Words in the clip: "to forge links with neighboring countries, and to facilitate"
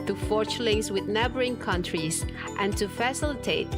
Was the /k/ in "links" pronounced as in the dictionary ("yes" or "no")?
no